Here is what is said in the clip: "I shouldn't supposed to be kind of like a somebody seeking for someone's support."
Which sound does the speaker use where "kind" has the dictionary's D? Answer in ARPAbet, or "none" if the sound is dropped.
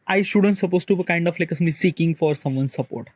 D